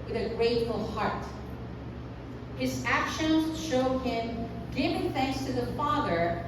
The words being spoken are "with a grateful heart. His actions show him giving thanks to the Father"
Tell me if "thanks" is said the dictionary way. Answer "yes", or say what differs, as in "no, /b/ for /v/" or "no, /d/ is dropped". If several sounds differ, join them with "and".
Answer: yes